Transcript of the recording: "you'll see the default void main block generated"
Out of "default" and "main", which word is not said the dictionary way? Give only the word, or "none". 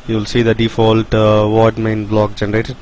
none